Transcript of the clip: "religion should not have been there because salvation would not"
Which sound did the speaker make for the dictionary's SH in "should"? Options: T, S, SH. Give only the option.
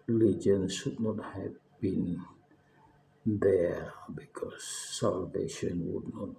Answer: S